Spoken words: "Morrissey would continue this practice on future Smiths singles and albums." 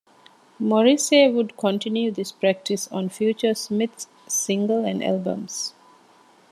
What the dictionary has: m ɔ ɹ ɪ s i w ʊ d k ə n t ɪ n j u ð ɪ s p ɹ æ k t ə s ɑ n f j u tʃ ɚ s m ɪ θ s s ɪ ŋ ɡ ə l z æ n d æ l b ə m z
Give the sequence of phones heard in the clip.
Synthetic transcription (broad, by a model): m ɔ ɹ ɪ s i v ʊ d k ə n t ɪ n j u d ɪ s p ɹ æ k t ə s ɑ n f j u tʃ ɚ s m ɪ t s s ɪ ŋ ɡ ə l æ n d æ l b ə m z